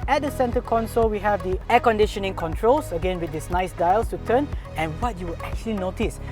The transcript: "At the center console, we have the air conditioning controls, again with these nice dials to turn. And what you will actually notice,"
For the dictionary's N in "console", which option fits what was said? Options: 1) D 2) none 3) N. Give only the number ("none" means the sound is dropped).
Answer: 3